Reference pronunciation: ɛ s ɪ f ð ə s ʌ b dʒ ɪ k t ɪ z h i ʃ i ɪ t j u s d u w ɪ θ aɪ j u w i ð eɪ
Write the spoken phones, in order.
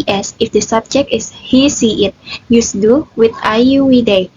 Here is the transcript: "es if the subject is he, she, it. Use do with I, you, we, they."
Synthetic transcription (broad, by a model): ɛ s ɪ f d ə s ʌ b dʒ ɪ k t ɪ s h i s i ɪ t j u s d u w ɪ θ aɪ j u w i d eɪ